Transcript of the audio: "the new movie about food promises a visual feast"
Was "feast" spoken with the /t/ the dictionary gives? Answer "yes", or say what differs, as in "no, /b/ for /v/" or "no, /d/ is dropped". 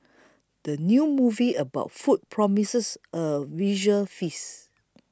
no, /t/ is dropped